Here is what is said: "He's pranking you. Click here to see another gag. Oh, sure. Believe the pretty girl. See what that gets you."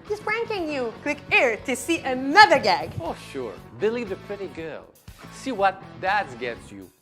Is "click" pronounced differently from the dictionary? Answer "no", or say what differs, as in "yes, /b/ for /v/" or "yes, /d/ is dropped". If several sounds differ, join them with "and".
yes, /w/ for /l/